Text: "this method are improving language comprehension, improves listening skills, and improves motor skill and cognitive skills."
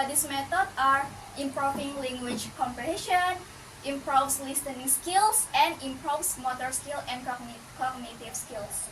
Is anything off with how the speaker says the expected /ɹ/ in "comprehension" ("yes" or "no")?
yes